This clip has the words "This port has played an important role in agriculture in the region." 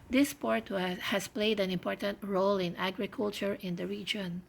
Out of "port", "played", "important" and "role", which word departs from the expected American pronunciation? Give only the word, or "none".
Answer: none